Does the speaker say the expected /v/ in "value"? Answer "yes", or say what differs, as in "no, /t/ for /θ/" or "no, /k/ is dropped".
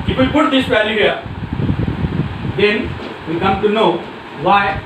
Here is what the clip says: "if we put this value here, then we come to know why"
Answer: no, /p/ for /v/